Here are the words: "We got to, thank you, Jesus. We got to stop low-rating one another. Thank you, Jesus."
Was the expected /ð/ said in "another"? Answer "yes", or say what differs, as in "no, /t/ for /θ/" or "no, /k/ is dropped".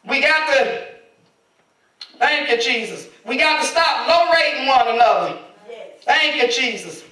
no, /ð/ is dropped